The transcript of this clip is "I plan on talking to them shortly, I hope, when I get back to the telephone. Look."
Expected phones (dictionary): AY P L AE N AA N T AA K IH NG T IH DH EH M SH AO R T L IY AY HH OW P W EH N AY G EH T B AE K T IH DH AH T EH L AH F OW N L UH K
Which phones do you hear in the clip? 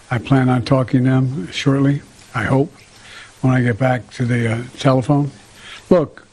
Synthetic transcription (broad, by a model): AY P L AE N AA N T AA K IH NG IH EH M SH AO R T L IY AY HH OW P W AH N AY G EH T B AE K T IH DH AH T EH L AH F OW N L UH K